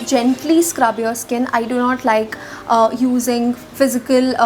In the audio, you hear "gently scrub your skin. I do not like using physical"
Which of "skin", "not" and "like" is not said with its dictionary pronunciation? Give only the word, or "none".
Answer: none